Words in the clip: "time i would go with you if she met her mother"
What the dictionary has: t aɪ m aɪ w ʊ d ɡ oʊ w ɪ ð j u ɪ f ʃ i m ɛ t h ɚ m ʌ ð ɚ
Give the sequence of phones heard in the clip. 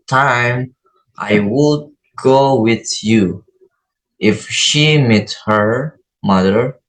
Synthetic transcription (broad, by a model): t aɪ m aɪ w ʊ d ɡ oʊ w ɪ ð j u ɪ f ʃ i m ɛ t h ɚ m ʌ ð ɚ